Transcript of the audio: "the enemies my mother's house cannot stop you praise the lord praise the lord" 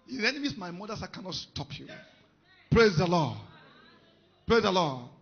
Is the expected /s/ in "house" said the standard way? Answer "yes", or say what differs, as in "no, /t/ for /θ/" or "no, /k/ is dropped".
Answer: no, /s/ is dropped